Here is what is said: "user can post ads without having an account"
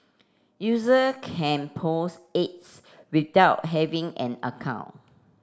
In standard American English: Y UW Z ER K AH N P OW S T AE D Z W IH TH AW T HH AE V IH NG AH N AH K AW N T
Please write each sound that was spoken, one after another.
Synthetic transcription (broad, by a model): Y UW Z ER K AH N P OW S EH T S W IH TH AW T HH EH V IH NG AH N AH K AW N